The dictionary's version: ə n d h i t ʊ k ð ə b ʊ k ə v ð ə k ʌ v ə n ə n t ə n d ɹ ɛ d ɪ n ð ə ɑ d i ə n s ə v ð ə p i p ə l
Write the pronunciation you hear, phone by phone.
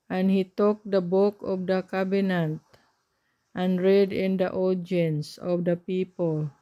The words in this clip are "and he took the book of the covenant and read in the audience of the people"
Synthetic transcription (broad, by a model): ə n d h i t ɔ k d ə b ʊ k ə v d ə k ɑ b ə n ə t t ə n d ɹ ɛ d ɪ n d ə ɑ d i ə n s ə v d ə p i p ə l